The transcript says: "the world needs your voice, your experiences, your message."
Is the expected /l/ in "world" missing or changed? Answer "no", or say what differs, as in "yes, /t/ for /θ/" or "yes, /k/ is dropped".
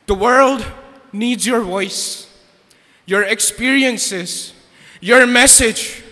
no